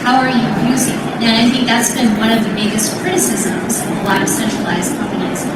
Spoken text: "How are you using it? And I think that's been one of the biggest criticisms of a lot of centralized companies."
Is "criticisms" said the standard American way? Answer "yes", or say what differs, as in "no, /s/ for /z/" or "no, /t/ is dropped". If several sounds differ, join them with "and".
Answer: yes